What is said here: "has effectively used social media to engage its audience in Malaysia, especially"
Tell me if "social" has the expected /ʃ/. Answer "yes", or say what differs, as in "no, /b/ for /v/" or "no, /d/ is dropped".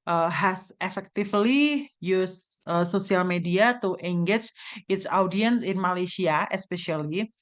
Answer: no, /s/ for /ʃ/